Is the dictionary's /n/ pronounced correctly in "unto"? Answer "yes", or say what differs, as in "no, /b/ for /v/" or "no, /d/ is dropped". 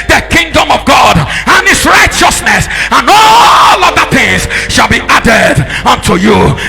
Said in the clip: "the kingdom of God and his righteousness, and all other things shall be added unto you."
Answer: yes